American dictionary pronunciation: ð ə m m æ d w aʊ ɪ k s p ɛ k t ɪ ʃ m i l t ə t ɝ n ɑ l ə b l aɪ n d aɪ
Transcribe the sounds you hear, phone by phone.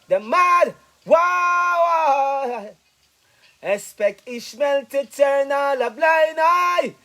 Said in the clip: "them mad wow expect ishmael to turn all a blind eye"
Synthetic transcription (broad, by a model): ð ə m m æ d w aʊ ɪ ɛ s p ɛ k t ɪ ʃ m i l t ə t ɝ n ɑ l ə b l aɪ n aɪ